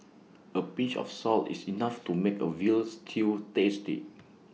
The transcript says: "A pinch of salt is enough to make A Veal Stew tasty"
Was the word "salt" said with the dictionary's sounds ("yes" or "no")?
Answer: yes